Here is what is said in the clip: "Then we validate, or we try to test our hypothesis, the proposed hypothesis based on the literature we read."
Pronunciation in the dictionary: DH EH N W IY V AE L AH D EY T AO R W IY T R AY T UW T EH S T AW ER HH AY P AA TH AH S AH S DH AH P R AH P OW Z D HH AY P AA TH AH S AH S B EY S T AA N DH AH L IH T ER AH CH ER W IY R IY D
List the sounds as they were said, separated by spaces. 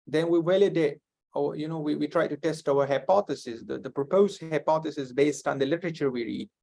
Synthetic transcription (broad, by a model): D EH N W IY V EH L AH D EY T AO W W IY T R AY T UW T EH S T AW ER HH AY P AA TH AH S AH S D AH P R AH P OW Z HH HH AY P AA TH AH S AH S B EY S T AA N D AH L IH T ER AH CH ER W IY R IY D